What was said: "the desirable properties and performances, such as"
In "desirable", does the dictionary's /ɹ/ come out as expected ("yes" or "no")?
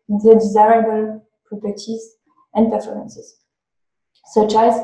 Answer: yes